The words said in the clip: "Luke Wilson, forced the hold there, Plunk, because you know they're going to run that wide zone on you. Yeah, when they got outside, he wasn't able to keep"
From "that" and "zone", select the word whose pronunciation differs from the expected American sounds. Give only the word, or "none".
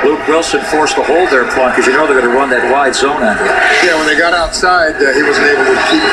none